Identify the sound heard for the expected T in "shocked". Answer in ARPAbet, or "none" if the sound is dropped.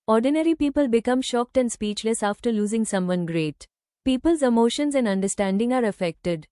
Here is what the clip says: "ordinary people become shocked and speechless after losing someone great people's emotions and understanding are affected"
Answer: T